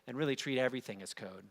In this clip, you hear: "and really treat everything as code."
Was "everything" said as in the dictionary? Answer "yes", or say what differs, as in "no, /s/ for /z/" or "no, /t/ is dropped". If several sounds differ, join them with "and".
yes